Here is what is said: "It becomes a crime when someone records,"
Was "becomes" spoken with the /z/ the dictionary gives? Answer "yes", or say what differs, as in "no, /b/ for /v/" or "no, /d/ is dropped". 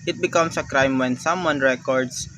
no, /s/ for /z/